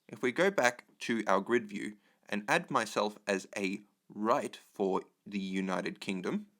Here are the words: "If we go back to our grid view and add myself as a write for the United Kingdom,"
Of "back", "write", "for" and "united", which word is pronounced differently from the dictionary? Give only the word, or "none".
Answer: none